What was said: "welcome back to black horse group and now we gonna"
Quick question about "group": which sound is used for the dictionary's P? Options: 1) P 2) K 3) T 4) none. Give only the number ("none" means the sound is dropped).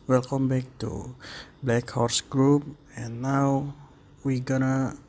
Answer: 1